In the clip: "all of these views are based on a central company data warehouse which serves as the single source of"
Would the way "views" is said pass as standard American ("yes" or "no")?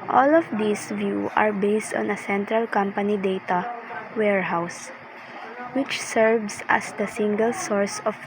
no